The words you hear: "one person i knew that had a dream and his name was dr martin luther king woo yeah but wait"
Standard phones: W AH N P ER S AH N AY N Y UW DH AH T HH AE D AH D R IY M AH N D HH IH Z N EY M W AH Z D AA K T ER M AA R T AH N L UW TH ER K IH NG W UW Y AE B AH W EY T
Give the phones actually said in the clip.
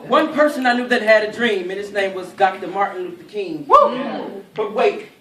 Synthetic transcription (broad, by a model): W AH N P ER S AH N AY N Y UW DH AH T HH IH D AH D R IY M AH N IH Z N EY M W AH Z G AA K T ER M AA R T N W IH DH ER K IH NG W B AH W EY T